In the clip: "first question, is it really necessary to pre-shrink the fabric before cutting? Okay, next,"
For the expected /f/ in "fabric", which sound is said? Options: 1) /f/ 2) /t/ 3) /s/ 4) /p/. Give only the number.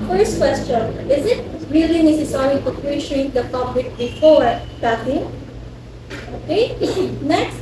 4